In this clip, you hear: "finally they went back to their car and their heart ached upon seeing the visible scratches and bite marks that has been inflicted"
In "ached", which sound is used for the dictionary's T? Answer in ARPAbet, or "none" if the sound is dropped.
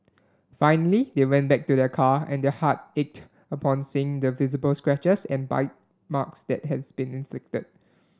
T